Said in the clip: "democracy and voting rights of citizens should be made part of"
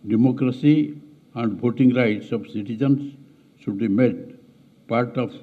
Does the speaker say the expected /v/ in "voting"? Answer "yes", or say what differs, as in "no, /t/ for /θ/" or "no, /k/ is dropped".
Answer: no, /b/ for /v/